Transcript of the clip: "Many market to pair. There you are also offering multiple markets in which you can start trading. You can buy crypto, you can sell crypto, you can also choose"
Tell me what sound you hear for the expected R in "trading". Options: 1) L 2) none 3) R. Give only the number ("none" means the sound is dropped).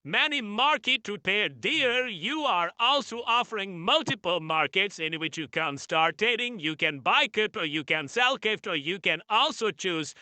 2